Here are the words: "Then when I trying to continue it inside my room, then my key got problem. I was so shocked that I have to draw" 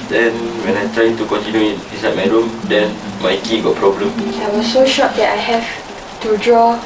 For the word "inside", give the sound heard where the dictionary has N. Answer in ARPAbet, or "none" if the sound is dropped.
none